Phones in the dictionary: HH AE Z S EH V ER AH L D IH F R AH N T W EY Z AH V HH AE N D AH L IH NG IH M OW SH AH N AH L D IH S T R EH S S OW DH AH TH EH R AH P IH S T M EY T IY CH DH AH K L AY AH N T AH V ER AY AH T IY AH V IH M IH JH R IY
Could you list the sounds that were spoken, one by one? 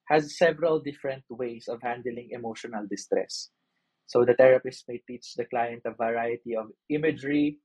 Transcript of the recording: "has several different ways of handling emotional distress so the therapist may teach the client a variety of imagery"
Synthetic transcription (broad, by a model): HH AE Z S EH V ER AH L D IH F R AH N T W EY S AH V HH AE N D AH L IH NG IH M OW SH AH N AH L D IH S T R EH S S OW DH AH T EH R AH P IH S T M EY T IY CH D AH K L AY AH N T AH V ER AY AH T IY AH V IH M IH JH R IY